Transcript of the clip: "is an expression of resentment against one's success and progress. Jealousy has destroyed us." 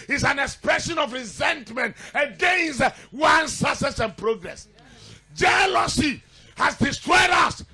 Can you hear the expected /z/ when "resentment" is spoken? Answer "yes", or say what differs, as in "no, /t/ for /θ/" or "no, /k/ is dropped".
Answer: yes